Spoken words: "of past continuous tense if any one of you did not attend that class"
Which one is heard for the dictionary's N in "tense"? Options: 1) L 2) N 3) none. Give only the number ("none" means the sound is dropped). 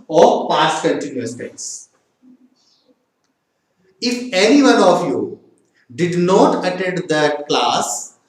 3